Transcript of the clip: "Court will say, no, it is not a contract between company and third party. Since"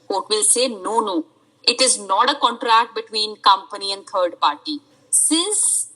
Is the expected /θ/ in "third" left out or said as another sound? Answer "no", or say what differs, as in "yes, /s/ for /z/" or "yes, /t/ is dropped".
yes, /t/ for /θ/